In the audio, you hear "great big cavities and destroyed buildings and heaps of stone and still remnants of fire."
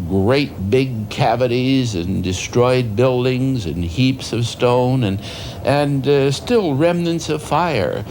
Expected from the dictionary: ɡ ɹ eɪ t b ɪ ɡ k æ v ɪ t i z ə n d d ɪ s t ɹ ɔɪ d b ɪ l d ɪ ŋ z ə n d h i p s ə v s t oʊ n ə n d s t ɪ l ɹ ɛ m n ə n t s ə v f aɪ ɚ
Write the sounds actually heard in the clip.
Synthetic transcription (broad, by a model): ɡ ɹ eɪ t b ɪ ɡ k æ v ɪ t i z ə n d d ɪ s t ɹ ɔɪ d b ɪ l d ɪ ŋ z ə n h i p s ə v s t oʊ n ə n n s t ɪ l ɹ ɛ m n ə n t s ə v f aɪ ɚ